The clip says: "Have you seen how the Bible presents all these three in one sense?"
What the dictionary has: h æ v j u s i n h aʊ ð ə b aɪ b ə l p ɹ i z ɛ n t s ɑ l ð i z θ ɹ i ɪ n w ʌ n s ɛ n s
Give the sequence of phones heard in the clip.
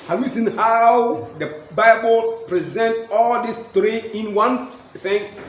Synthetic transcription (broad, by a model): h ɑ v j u s i n h aʊ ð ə b aɪ b ə l p ɹ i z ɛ n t ɑ l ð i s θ ɹ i ɪ n w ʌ n s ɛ n s